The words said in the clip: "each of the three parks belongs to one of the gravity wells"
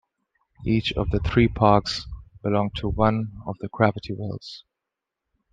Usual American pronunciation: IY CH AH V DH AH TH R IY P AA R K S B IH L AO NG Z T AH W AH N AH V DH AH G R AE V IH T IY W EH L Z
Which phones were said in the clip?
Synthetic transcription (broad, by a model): IY CH AH V DH AH TH R IY P AA R K S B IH L AO NG T AH W AH N AH V DH AH G R AE V IH T IY W EH L Z